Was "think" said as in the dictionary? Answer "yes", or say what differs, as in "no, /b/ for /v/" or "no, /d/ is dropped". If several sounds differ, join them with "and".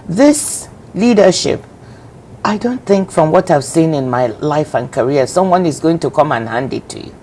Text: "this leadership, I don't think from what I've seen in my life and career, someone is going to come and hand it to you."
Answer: yes